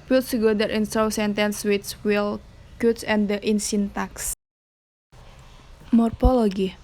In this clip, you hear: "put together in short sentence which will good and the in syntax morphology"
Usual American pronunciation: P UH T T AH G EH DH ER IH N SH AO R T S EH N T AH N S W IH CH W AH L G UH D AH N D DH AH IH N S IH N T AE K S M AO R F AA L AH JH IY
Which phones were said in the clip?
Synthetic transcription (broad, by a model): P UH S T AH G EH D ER IH N S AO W S EH N T AH N S W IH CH W AH L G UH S AH N D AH IH N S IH N T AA K S M AO R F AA L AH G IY